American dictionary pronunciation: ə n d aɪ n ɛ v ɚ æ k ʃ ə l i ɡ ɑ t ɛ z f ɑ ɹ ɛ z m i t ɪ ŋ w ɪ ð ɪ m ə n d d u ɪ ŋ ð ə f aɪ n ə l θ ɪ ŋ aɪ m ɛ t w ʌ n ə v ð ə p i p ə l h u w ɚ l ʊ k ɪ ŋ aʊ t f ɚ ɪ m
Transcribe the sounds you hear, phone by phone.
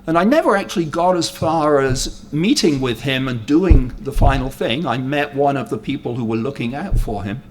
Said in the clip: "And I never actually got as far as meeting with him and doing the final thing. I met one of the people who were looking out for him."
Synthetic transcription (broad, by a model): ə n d aɪ n ɛ v ɚ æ k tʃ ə l i ɡ ɑ t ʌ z f ɑ ɹ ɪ z m i t ɪ ŋ w ɪ ð ɪ m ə n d d u ɪ ŋ ð ə f aɪ n l θ ɪ ŋ aɪ m ɛ t w ʌ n ə v ð ə p i p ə l h u w ɚ l ʊ k ɪ ŋ aʊ t f ɚ ɪ m